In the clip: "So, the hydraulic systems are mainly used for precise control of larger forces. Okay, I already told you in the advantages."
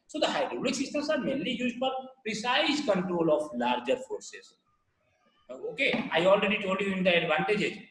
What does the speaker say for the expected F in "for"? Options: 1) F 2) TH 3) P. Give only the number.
3